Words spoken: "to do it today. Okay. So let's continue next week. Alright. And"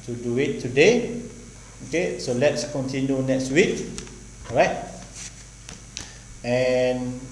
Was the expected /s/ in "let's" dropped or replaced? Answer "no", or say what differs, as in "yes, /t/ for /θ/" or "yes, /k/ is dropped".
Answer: no